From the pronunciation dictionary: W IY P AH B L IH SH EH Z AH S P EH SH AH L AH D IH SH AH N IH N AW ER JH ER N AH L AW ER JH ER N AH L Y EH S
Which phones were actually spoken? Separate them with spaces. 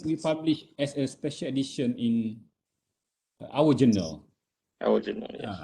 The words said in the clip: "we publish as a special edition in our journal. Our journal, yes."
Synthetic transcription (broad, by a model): W IY P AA B L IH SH EH S AH S P EH SH AH L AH D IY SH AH N IH N AW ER JH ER N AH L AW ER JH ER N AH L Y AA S